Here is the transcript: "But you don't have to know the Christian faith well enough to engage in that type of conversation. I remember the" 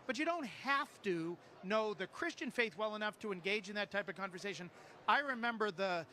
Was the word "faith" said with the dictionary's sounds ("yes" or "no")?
yes